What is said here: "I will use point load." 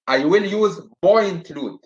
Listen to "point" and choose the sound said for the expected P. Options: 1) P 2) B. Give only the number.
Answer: 2